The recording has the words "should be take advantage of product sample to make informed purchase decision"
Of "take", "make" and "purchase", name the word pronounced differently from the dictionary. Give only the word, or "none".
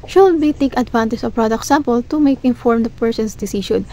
purchase